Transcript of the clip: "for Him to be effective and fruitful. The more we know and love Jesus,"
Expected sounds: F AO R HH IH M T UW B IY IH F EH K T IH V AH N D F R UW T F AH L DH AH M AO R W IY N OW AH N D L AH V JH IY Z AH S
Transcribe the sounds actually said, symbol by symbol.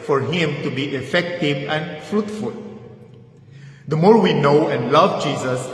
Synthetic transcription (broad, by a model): F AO R HH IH M T UW B IY IH F EH K T IH V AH N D F R UW T F AH L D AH M AO R W IY N OW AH N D L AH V JH IY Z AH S